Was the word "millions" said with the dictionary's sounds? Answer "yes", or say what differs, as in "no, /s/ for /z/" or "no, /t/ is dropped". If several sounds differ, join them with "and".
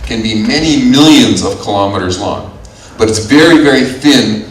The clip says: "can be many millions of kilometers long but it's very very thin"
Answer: yes